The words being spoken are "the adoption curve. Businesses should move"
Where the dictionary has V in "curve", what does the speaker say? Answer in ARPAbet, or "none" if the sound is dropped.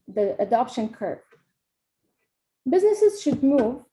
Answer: B